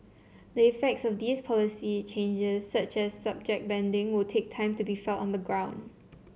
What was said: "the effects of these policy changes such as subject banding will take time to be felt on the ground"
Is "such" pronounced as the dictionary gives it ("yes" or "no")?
yes